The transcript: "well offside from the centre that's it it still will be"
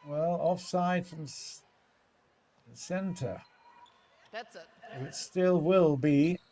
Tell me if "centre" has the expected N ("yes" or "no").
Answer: yes